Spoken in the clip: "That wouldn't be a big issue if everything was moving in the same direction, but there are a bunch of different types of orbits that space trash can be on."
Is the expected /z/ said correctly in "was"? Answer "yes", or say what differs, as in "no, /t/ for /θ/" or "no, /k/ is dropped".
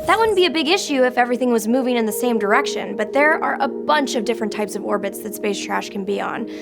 yes